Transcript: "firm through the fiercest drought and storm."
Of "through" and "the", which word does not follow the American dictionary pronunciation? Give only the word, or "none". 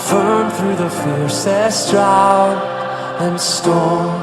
none